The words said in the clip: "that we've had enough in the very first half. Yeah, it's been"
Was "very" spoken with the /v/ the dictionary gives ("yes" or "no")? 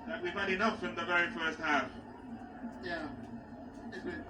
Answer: yes